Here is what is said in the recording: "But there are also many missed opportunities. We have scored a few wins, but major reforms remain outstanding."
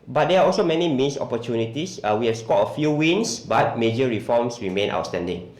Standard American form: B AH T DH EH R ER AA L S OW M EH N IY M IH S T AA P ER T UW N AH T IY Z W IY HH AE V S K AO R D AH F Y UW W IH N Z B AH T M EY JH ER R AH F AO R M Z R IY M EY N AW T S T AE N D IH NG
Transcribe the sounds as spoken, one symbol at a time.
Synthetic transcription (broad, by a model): B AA T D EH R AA AA L S OW M EH N IY M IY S AA P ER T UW N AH T IY S W IY HH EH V S K AO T AH F Y UW W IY N S B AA T M EY JH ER R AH F AO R M S R IY M EY N AW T S T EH N D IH NG